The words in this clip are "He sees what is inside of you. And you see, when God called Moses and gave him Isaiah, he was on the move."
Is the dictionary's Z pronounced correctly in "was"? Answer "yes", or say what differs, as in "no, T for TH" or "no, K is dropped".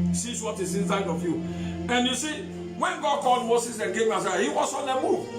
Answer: no, S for Z